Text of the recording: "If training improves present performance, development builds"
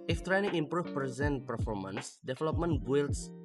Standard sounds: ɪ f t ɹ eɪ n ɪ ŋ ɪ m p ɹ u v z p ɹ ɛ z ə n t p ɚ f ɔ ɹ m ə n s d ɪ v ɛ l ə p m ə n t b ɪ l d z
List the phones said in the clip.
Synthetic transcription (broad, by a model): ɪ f t ɹ eɪ n ɪ ŋ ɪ m p ɹ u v p ɹ ɛ z ə n t p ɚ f ɔ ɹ m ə n s d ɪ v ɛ l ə p m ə n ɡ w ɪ l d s